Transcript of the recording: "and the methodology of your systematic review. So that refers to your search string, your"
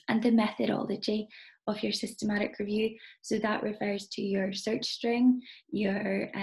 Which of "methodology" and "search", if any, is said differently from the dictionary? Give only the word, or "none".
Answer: none